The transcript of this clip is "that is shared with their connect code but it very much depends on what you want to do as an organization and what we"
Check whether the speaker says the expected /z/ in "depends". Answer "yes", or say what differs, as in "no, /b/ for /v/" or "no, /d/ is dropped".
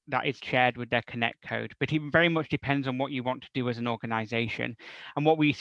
yes